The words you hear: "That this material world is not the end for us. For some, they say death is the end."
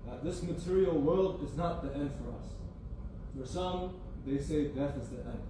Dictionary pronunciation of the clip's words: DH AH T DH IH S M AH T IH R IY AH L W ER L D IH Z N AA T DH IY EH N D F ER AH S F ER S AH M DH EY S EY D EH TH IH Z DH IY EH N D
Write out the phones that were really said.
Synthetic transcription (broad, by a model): DH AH T DH IH S M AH T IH R IY L W ER L D IH Z N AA T DH IY EH N D F ER AH S F ER S AH M DH EY S EY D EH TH IH Z DH IY EH N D